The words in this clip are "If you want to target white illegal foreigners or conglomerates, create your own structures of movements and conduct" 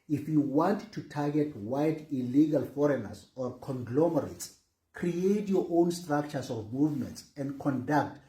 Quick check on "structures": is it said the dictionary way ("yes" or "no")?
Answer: no